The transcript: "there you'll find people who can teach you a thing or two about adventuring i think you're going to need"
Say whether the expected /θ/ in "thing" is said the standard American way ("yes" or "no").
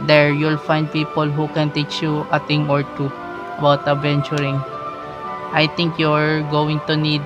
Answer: no